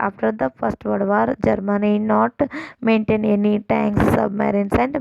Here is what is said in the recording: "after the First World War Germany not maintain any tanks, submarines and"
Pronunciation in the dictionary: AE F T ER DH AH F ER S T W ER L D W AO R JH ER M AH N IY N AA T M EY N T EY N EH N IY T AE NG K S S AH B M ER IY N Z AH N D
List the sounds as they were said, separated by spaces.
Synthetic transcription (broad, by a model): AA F T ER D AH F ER S T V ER D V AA R JH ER M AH N IY N AA T M EY N T EY N EH N IY T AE NG K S S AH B M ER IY N S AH N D